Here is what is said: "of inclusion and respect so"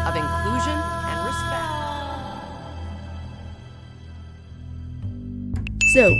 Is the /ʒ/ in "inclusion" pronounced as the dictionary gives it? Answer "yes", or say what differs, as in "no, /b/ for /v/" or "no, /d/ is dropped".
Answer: yes